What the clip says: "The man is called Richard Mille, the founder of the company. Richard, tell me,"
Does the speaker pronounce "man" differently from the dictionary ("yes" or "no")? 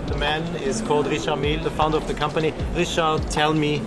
no